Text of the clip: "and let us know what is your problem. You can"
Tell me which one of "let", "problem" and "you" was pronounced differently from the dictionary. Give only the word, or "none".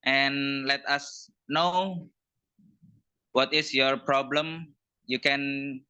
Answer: none